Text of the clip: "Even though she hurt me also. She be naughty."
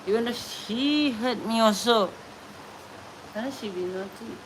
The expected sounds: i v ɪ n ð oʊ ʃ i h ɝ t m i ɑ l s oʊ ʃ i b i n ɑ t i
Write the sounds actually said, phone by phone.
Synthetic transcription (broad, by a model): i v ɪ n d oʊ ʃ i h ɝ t m i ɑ s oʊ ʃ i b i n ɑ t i